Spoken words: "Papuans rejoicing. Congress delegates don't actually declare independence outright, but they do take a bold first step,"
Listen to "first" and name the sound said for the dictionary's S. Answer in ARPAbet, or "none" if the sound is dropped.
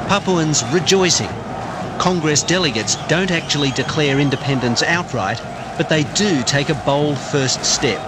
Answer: S